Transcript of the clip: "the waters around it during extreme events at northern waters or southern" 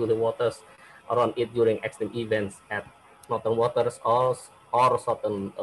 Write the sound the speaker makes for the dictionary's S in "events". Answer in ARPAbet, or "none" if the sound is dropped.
S